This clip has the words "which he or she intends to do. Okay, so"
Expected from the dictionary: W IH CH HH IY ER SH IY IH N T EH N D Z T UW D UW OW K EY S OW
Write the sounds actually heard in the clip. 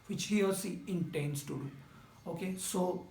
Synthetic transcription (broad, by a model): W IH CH HH IY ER S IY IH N T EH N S T UW D UW OW K EY S OW